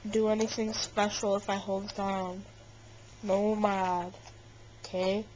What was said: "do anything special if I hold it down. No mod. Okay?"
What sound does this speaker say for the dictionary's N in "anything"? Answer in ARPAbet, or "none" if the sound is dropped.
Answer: N